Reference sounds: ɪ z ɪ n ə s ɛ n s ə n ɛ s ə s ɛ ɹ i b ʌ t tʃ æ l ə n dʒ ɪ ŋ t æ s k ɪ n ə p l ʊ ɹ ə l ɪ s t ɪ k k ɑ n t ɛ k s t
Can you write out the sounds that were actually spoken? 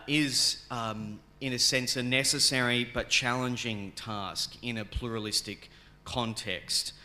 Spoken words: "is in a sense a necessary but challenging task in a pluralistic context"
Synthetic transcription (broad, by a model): ɪ z ɪ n ə s ɛ n s ə n ɛ s ə s ɛ ɹ i b ʌ t tʃ æ l ə n dʒ ɪ ŋ t æ s k ɪ n ə p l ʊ ɹ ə l ɪ s t ɪ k k ɑ n t ɛ k s t